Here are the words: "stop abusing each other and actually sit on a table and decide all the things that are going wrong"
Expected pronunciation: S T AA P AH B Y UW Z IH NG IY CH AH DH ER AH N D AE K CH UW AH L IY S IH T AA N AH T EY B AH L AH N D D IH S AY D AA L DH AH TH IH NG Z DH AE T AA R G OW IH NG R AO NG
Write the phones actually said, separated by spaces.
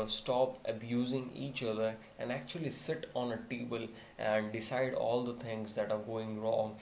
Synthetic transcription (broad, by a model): S T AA P AH B Y UW Z IH NG IY CH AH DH ER AH N D AE K CH UW AH L IY S IH T AA N AH T EY B AH L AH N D D IH S AY D AA L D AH T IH NG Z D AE T AA R G OW IH NG R AO NG